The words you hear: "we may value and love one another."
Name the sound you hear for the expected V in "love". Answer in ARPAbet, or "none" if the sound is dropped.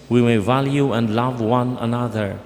V